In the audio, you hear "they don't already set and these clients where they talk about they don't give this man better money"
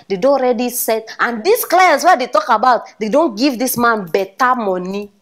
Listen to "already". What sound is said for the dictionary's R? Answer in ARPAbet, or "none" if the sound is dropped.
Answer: R